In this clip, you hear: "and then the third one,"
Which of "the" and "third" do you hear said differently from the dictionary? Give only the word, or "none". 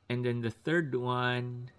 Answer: none